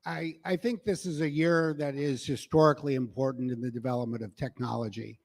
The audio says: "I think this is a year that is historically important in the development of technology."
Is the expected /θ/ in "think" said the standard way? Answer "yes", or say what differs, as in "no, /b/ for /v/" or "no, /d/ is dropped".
yes